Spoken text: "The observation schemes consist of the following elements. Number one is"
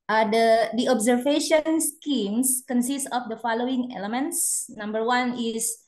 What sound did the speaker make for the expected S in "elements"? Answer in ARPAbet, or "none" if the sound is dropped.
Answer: S